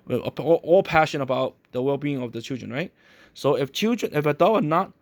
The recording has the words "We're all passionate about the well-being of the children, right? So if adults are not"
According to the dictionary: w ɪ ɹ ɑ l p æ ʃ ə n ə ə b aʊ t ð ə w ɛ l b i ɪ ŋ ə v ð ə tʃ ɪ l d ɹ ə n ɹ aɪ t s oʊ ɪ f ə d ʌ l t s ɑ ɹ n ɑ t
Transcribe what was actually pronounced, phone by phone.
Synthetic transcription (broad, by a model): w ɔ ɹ ɑ l p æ ʃ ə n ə ə b aʊ t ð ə w ɛ l b i ɪ ŋ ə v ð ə tʃ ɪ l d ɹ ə n ɹ aɪ t s oʊ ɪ f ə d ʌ n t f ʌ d n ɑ t